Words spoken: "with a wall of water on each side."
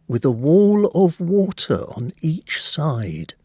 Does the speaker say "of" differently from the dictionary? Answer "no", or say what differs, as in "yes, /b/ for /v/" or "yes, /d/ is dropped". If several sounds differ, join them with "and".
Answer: no